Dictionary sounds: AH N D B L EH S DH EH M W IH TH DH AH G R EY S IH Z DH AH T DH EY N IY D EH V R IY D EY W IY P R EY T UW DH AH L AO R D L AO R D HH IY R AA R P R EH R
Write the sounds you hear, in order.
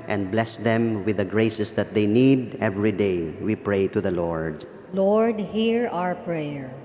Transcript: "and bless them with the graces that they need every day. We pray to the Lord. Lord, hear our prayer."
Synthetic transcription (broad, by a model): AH N D B L EH S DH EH M W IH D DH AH G R EY S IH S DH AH T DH EY N IY D EH V R IY D EY W IY P R EY T UW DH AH L AO R D L AO R D HH IY R AA R P R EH R